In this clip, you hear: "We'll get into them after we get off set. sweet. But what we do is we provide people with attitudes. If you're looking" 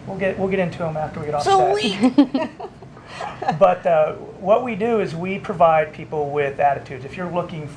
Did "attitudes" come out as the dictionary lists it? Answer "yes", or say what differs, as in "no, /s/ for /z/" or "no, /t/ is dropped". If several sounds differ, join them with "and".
yes